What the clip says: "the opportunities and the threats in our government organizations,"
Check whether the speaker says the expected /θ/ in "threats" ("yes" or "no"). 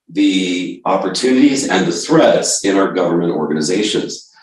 yes